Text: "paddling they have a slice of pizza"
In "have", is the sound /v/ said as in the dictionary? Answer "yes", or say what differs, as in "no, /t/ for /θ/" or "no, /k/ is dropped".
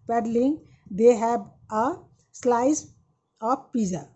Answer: no, /b/ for /v/